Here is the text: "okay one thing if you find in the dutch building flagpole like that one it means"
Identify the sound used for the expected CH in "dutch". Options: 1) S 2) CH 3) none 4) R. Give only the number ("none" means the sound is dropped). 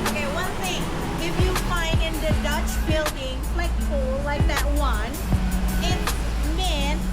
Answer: 2